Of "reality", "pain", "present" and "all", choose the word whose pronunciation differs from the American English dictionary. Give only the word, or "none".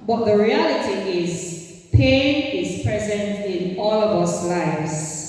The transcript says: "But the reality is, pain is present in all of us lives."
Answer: none